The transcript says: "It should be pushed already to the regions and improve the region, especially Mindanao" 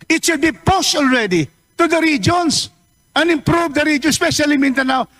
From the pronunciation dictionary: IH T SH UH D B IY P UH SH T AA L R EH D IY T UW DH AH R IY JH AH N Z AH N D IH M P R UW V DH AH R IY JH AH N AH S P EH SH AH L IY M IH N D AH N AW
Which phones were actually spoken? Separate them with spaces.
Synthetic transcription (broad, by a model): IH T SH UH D B IY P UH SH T AA L R EH D IY T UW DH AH R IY JH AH N S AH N IH M P R UW V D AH R IY JH AH N S P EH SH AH L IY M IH N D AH N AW